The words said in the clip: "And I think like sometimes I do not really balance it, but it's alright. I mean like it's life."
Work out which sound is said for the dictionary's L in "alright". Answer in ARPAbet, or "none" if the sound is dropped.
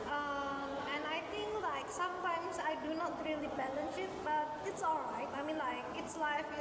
L